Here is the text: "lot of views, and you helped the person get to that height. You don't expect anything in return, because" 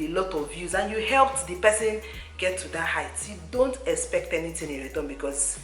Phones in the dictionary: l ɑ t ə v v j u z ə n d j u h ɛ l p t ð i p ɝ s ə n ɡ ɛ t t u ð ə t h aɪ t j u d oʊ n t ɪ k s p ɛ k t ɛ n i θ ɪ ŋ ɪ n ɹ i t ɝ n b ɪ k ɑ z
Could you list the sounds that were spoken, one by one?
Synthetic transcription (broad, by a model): l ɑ t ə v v j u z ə n j u h ɛ l p t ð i p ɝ s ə n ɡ ɛ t t u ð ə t h aɪ t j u d oʊ n t ɪ k s p ɛ k t ɛ n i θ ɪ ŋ ɪ n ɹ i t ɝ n b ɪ k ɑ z